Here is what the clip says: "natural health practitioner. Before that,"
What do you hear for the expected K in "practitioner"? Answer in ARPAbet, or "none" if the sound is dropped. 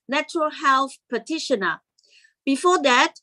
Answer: none